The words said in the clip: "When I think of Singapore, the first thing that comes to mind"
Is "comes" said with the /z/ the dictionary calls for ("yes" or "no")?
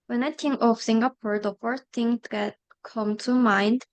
no